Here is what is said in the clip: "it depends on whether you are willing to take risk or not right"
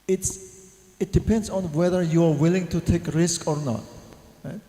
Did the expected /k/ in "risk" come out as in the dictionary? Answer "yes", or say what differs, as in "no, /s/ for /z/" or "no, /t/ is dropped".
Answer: yes